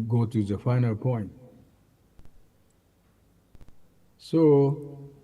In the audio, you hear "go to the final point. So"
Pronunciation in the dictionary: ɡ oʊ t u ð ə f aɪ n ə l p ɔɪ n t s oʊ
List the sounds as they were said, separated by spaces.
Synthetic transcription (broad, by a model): ɡ oʊ t u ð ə f aɪ n ə l p ɔɪ n t s oʊ